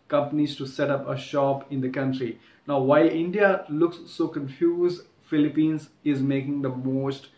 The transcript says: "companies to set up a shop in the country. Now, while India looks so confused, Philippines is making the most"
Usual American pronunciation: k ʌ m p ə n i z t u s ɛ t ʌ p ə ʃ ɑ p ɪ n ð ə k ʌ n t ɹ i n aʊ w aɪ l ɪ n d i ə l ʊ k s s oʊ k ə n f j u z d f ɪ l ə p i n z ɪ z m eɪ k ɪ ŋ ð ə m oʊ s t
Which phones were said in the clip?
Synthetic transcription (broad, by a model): k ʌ m p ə n i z t u s ɛ t ʌ p ə ʃ ɑ p ɪ n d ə k ʌ n t ɹ i n aʊ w aɪ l ɪ n d i ə l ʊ k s s oʊ k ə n f j u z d f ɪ l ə p i n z ɪ z m eɪ k ɪ ŋ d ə m oʊ s t